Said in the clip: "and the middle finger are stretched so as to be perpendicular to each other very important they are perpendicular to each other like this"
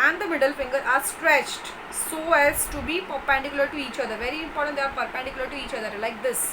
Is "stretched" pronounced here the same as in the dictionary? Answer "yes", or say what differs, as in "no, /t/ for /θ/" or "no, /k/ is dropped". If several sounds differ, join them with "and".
yes